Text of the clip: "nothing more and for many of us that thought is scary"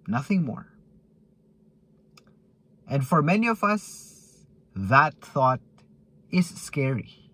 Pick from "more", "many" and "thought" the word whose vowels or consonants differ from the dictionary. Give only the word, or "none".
none